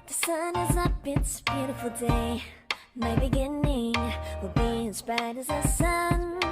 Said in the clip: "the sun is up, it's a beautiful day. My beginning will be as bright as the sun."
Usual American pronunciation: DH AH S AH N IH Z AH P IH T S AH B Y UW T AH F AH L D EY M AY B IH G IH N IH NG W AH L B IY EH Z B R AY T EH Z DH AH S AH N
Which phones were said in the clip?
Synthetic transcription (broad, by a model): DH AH S AH N IH Z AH B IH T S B Y UW T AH F L D EY M AY B IH G IH N IH NG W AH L B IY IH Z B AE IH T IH Z DH AH S AH N